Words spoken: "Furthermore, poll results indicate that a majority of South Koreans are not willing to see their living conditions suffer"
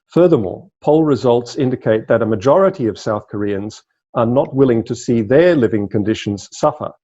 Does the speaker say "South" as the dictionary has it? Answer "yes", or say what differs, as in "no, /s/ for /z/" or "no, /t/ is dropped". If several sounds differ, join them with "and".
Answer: yes